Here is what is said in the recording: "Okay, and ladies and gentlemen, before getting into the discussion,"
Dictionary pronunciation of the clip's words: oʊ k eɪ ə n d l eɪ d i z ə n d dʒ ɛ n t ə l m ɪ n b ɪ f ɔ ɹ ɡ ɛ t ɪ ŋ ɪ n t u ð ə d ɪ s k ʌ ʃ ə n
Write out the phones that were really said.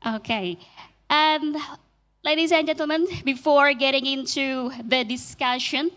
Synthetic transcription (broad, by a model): oʊ k eɪ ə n l eɪ d i z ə n dʒ ɛ n t l m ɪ n b ɪ f ɔ ɹ ɡ ɛ t ɪ ŋ ɪ n t u ð ə d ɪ s k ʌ ʃ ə n